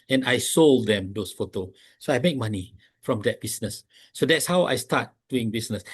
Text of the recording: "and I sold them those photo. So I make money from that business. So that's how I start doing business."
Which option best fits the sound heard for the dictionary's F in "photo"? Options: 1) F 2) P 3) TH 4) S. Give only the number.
1